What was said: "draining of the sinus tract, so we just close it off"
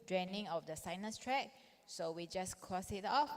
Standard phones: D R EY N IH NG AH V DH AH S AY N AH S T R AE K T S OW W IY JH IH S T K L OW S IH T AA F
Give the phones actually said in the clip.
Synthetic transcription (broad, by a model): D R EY N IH NG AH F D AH S AY N AH S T R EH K S OW W IY JH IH S K OW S IH T AA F